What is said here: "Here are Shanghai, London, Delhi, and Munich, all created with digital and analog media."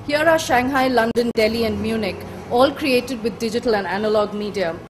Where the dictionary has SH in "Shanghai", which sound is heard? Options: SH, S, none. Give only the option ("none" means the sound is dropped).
SH